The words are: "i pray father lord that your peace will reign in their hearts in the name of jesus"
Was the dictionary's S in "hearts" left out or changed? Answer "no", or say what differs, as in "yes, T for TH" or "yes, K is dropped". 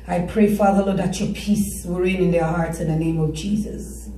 no